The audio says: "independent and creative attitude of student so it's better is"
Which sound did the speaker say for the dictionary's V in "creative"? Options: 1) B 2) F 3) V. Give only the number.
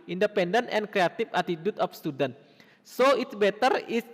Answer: 2